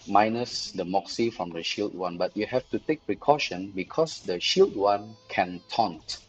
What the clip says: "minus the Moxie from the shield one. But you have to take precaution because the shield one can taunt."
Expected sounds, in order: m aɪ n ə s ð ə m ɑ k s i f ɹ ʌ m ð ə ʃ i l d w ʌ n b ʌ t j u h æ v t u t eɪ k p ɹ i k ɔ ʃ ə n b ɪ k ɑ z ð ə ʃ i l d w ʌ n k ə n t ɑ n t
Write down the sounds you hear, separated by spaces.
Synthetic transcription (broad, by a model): m aɪ n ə s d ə m ɑ k s i f ɹ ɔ m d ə ʃ i l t w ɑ n b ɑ t j u h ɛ f t u t eɪ k p ɹ i k ɔ ʃ ə n b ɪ k ɑ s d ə ʃ i l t w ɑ n k ə n t ɑ n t